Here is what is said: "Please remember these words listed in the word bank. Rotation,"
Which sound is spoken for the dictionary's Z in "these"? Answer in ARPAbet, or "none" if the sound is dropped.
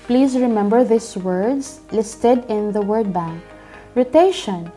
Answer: S